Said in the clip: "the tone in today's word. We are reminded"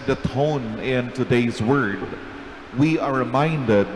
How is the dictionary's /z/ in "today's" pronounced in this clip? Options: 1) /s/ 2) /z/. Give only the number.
2